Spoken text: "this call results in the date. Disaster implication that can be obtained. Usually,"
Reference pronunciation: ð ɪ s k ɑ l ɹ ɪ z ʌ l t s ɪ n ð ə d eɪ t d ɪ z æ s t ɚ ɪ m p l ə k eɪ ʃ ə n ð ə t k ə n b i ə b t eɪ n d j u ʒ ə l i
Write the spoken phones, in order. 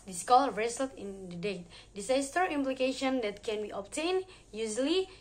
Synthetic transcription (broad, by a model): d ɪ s k ɑ l ɹ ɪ s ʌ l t ɪ n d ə d eɪ t d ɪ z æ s t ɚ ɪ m p l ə k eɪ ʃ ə n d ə t k ə n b i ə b t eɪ n j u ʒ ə l i